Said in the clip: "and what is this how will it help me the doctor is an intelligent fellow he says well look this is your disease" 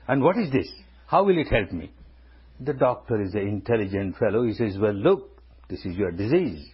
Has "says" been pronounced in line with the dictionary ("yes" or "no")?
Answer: yes